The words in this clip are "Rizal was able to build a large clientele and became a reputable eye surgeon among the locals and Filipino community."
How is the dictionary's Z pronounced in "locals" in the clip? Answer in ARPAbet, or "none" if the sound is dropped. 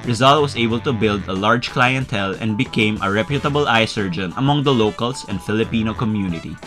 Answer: S